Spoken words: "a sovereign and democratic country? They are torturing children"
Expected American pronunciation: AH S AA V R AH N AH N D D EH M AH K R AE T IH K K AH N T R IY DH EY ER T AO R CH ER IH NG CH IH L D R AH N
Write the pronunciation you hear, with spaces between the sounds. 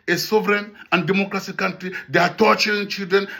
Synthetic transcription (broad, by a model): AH S AA V R AH N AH N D D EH M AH K R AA S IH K K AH N T R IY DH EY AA T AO CH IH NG CH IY L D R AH N